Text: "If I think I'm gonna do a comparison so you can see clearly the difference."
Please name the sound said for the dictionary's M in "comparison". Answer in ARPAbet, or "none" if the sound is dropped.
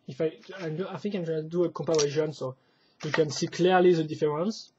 none